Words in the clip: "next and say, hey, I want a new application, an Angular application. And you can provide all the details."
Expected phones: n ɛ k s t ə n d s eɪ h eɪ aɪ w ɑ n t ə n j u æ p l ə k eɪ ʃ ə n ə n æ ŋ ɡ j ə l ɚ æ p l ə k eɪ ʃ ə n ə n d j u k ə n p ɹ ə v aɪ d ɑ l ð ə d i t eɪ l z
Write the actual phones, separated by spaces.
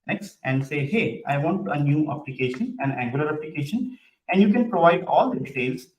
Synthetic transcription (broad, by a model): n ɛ k s t ə n d s eɪ h eɪ aɪ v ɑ n t ə n j u æ p l ə k eɪ ʃ ə n ə n æ ŋ ɡ j ə l ɚ æ p l ə k eɪ ʃ ə n ə n d j u k ə n p ɹ ə v aɪ d ɑ l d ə d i t eɪ l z